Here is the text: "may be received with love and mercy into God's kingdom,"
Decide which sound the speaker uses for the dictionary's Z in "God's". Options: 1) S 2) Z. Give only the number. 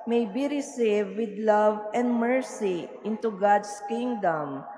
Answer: 1